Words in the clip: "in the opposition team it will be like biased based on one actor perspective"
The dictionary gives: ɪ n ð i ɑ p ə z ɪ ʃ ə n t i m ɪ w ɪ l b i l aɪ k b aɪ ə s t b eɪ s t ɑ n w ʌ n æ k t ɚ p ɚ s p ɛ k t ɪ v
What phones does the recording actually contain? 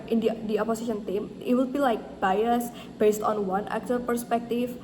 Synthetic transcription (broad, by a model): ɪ n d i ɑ p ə s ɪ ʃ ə n t i m ɪ w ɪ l b i l aɪ k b aɪ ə s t b eɪ s t ɑ n w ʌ n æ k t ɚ p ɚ s p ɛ k t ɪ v